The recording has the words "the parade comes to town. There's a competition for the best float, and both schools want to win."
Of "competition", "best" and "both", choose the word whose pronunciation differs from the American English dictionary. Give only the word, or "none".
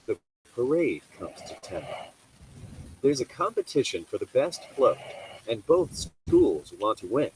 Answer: none